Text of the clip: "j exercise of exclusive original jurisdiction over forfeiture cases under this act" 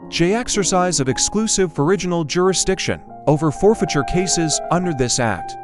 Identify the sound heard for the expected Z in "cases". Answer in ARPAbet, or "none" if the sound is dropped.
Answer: Z